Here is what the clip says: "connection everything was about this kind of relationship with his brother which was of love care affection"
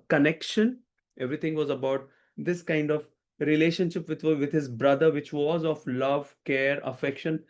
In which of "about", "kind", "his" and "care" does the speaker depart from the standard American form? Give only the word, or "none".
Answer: none